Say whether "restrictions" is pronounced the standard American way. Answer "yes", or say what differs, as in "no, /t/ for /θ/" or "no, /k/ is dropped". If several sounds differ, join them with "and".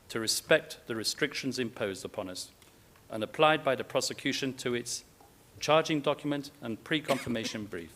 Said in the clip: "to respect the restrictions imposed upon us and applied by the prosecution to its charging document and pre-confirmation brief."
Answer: yes